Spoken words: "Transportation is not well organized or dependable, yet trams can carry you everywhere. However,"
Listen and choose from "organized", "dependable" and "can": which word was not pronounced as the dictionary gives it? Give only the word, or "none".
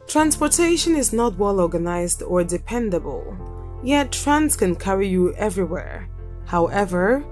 none